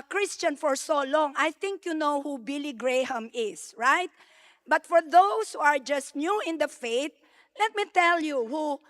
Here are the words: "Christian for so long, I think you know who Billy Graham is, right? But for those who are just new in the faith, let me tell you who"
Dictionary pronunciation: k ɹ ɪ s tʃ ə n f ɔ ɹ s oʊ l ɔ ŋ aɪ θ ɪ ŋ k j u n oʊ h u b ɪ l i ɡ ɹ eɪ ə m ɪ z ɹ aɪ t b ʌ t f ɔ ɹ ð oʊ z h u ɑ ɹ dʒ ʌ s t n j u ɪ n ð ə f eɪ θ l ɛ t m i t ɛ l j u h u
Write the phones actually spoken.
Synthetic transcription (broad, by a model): k ɹ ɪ s tʃ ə n f ɔ ɹ s oʊ l ɔ ŋ aɪ θ ɪ ŋ k j u n oʊ h u b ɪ l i ɡ ɹ eɪ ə m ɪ s ɹ aɪ t b ʌ t f ɔ ɹ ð oʊ s h u ɑ ɹ dʒ ʌ s t n j u ɪ n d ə f eɪ t l ɛ t m i t ɛ l j u h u